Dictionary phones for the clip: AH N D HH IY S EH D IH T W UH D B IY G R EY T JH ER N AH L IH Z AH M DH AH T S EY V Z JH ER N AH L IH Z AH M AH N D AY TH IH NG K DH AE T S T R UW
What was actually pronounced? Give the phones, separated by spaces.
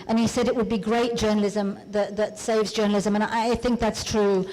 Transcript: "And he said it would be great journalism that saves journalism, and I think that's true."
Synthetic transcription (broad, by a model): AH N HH IY S EH D IH T W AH D B IY G R EY T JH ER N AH L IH Z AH M DH AH T S EY V Z JH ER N L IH Z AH M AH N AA AY TH IH NG K DH AE T S T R UW